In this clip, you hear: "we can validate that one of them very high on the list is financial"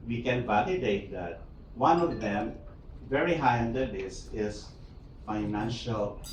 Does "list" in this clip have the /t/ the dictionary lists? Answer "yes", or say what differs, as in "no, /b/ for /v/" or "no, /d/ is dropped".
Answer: no, /t/ is dropped